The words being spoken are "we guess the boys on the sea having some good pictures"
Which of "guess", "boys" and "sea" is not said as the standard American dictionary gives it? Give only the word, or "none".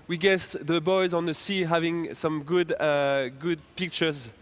none